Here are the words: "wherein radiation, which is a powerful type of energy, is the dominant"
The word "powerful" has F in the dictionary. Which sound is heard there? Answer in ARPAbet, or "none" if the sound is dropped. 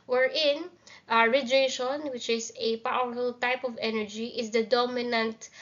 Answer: none